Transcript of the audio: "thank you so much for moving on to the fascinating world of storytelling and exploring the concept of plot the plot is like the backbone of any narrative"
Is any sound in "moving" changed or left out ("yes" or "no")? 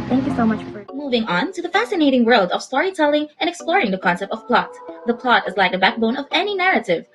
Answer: no